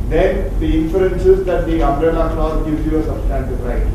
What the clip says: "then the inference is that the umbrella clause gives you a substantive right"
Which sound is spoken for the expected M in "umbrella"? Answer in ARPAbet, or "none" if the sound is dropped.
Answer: none